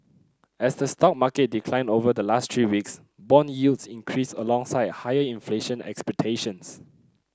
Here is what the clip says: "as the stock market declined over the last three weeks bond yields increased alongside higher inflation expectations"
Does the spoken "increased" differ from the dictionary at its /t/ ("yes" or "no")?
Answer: yes